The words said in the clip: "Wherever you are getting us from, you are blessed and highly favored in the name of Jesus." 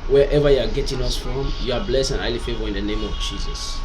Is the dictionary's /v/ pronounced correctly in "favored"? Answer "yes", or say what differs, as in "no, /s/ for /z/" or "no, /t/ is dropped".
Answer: yes